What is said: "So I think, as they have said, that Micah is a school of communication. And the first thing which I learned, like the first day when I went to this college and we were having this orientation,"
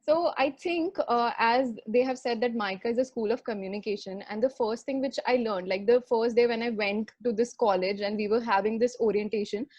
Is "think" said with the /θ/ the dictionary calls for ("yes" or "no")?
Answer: no